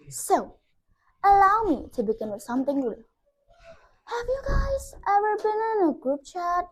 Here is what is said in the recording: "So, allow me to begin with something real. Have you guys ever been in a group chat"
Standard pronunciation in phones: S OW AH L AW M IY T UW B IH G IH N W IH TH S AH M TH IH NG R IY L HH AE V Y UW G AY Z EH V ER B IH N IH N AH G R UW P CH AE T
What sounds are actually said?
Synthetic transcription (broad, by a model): S OW AH L AW M IY T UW B IH G IH N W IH S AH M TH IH NG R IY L HH AE V Y UW G AY Z EH V ER B IH N IH N AH G R UW P CH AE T